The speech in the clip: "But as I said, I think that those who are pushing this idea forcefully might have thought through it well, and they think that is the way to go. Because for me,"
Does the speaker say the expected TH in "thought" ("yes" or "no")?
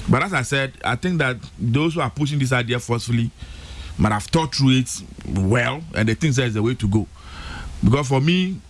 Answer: no